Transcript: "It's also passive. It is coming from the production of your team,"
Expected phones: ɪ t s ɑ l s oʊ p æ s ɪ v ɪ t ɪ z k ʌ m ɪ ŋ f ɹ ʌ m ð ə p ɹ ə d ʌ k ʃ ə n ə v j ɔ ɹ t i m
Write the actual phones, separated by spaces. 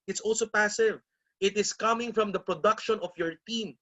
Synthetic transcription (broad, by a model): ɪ t s ɑ l s oʊ p æ s ɪ v ɪ t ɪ s k ʌ m ɪ ŋ f ɹ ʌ m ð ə p ɹ ə d ʌ k ʃ ə n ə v j ɔ ɹ t i m